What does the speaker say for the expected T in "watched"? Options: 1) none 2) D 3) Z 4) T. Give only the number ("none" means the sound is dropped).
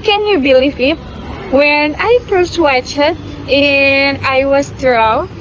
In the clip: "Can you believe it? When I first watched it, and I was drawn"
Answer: 1